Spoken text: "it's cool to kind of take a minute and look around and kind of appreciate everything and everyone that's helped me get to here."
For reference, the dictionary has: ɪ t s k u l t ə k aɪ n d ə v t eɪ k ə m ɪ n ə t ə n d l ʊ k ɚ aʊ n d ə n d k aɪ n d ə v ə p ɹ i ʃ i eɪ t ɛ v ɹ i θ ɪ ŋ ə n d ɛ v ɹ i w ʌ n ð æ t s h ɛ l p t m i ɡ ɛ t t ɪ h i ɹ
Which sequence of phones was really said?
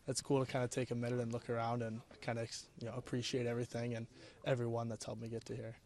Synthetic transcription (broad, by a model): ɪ t s k u l t ə k aɪ n d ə t eɪ k ə m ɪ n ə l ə n l ʊ k ɚ aʊ n d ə n k aɪ n d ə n ə p ɹ i ʃ i eɪ t ɛ v ɹ i θ ɪ ŋ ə n ɛ v ɹ i w ʌ n ð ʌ t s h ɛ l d m i ɡ ɛ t t ɪ h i ɹ